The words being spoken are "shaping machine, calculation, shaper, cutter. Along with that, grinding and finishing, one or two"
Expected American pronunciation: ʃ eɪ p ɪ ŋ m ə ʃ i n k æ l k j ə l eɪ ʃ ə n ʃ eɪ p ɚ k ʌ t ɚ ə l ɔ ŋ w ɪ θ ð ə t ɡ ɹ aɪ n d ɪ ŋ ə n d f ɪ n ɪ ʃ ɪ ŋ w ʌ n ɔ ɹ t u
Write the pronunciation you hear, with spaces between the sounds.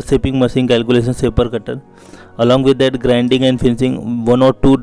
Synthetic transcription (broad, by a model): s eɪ p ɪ ŋ m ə s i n k æ l k j ə l eɪ ʃ ə n s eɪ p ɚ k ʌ t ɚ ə l ɔ ŋ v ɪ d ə t ɡ ɹ aɪ n d ɪ ŋ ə n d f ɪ n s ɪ ŋ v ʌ n ɔ ɹ t u